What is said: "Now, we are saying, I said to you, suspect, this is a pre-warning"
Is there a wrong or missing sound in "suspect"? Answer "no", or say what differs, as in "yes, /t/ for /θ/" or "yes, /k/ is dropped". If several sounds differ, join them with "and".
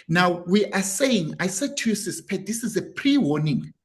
yes, /k/ is dropped